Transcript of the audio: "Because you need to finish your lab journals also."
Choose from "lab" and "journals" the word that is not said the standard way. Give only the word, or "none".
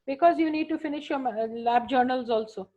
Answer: none